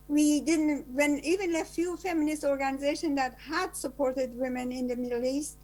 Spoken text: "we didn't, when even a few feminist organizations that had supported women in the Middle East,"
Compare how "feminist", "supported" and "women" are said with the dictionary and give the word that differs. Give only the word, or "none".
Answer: none